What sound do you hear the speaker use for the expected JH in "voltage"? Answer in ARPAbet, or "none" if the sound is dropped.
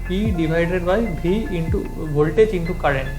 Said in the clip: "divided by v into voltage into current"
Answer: CH